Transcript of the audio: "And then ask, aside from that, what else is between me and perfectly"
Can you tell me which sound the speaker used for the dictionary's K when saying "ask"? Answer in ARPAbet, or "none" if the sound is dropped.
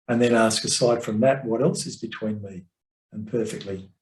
K